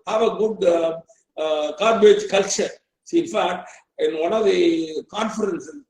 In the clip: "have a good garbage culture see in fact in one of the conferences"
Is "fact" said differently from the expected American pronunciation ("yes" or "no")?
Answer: yes